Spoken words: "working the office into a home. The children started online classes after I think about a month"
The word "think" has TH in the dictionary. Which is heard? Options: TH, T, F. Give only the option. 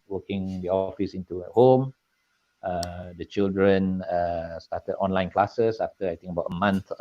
T